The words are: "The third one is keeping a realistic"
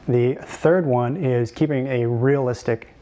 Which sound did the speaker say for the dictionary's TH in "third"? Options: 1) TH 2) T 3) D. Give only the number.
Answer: 1